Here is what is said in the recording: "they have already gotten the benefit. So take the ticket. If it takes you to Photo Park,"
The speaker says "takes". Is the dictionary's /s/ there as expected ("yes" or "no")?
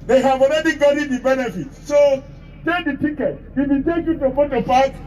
no